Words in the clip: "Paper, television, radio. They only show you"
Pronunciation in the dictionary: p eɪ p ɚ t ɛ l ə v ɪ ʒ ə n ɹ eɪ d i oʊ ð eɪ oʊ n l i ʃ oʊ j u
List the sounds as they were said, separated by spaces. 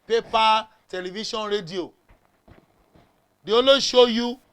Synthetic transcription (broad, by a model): p eɪ p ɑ t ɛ l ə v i ʃ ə n ɹ eɪ d i oʊ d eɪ oʊ l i ʃ oʊ j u